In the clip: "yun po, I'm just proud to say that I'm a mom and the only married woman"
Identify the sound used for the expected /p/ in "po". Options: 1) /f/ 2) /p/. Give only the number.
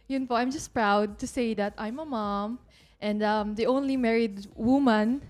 1